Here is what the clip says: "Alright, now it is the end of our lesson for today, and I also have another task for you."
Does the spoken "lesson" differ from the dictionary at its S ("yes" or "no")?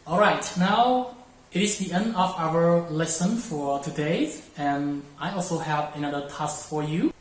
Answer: no